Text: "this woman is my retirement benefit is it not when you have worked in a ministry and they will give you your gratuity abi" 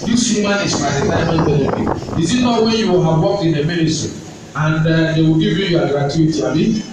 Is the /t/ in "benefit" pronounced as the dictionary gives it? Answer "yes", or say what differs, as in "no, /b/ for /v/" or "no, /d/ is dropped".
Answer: no, /t/ is dropped